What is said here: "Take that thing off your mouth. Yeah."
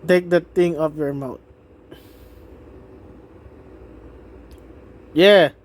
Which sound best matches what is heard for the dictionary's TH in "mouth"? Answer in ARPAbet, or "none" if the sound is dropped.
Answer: T